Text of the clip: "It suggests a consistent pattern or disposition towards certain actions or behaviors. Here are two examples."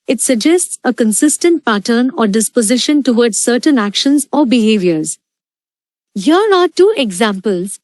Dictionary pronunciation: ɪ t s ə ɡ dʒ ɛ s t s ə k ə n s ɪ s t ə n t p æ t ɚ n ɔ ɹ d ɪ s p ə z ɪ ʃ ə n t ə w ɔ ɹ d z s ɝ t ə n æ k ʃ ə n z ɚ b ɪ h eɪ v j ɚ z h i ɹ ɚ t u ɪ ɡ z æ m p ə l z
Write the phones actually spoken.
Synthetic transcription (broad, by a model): ɪ t s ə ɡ dʒ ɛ s t s ə k ə n s ɪ s t ə n t p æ t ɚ n ɔ ɹ d ɪ s p ə z ɪ ʃ ə n t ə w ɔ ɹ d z s ɝ t ə n æ k ʃ ə n z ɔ b ɪ h eɪ v j ɚ z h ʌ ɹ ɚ t u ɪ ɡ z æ m p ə l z